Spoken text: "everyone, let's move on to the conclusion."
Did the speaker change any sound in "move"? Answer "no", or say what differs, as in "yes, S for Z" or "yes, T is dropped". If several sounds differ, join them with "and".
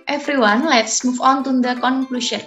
yes, F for V